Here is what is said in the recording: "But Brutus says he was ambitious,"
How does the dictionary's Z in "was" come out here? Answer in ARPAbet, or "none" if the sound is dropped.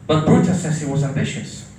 Z